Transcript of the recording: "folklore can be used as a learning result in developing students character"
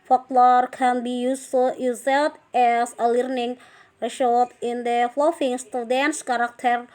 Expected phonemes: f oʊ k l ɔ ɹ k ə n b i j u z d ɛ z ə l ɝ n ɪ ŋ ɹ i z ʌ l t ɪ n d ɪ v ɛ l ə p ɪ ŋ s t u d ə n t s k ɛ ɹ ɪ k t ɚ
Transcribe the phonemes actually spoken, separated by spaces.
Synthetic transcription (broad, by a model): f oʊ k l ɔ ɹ k ə n b i j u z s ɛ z ə l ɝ n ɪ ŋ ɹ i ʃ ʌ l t ɪ n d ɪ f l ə f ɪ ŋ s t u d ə n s k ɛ ɹ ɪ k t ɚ